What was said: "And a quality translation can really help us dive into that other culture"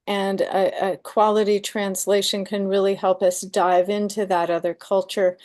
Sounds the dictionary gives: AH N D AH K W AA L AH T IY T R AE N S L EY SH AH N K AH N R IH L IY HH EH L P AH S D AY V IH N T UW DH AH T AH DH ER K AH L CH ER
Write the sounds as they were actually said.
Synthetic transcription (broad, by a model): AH N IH AH K W AA L AH T IY T R AE N S L EY SH AH N K AH N R IH L IY HH EH L P AH S D AY V IH N T UW DH AH T AH DH ER K AH L CH ER